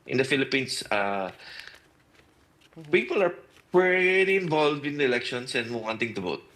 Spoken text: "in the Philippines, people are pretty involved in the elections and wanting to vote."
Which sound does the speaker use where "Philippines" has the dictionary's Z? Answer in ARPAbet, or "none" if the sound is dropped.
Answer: S